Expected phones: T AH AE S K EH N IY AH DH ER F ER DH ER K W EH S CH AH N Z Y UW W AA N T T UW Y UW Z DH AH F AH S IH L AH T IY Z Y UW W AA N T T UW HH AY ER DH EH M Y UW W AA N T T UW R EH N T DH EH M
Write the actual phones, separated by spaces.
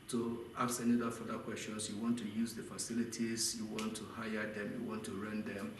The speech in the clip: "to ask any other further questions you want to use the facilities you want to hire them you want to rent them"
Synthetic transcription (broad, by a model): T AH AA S EH N IY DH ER F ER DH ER K W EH S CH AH N S Y UW W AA N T T UW Y UW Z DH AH F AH S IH L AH T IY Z Y UW W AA N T T UW HH AY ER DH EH M Y UW W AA N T T UW R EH N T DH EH M